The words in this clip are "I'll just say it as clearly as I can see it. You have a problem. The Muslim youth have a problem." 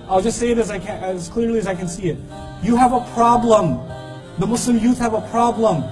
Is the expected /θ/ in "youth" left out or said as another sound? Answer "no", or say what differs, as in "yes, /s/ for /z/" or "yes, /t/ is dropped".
no